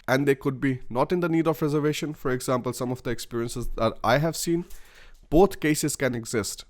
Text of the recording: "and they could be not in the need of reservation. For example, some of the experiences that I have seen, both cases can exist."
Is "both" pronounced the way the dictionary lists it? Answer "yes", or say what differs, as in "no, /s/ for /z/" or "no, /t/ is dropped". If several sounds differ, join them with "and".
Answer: no, /t/ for /θ/